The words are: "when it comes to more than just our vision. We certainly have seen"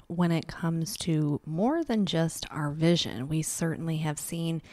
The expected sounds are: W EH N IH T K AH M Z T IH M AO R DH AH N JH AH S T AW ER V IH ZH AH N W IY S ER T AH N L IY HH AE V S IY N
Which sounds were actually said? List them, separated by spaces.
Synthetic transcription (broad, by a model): W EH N IH T K AH M Z T IH M AO R DH AH N JH AH S T AW ER V IH ZH AH N W IY S ER T N L IY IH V S IY N